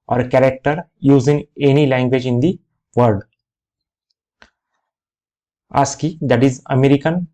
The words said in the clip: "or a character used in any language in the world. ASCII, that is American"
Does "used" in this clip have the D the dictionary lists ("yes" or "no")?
no